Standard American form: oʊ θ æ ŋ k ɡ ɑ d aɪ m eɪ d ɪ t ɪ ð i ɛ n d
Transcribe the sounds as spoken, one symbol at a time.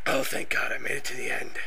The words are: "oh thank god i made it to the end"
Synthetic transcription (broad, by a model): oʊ θ æ ŋ k ɡ ɑ d aɪ m eɪ d ɪ t ɪ ð i ɛ n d